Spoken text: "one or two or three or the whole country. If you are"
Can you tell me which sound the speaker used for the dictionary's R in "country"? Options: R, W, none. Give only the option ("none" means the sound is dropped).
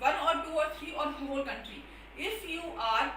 R